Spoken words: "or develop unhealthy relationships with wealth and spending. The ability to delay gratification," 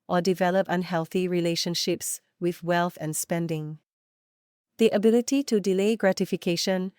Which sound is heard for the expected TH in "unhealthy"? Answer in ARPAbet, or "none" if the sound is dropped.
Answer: TH